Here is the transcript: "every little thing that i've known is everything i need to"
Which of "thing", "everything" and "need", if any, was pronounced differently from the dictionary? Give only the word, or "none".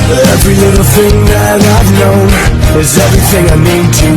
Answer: none